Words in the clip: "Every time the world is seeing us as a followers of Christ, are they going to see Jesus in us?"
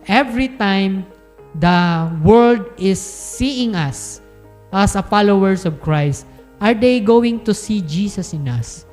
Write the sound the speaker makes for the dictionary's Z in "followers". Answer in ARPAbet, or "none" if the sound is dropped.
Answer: S